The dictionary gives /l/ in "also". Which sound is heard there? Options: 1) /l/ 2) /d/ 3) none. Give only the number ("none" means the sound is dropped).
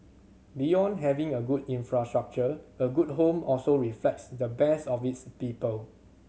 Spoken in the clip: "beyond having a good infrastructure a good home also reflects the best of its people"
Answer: 1